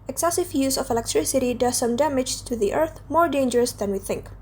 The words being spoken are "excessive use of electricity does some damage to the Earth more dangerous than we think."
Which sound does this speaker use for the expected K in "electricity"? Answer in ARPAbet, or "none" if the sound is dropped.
K